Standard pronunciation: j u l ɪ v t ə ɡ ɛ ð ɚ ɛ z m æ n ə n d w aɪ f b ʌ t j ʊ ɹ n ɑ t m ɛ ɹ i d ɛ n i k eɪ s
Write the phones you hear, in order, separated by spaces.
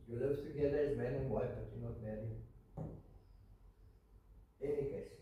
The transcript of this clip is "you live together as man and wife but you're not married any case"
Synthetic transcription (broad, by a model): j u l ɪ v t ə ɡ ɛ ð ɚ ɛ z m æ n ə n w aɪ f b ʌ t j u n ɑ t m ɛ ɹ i ɛ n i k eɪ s